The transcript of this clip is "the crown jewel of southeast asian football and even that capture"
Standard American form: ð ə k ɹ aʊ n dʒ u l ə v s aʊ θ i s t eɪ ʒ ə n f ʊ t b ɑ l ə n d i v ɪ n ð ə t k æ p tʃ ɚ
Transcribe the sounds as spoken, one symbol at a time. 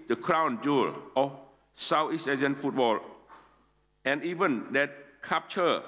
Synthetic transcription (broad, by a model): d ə k ɹ aʊ n dʒ u l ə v s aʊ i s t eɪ z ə n f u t b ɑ l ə n i v ɪ n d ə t k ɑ p tʃ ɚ